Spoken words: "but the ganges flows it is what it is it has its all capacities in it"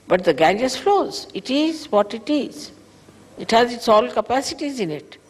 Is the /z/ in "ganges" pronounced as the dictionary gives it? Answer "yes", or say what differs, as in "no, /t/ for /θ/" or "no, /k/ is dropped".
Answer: no, /s/ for /z/